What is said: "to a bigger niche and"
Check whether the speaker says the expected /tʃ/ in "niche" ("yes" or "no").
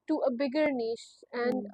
no